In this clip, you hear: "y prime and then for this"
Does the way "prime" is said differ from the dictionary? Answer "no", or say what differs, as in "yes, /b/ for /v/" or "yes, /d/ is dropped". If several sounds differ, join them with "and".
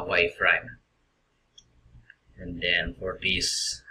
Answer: yes, /f/ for /p/